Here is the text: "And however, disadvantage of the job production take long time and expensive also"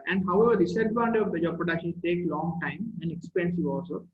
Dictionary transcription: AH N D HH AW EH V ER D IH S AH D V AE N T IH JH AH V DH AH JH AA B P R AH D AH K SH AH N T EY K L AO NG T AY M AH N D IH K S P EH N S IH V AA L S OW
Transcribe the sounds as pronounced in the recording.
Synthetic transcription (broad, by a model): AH N D HH AW EH V ER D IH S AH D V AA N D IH AH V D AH JH AA B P R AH D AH K SH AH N T EY K L AO NG T AY M AH N D IH K S P EH N S IH V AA L S OW